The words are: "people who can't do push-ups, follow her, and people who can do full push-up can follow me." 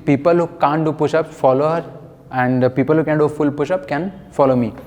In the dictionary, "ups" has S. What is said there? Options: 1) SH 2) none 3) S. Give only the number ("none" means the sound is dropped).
2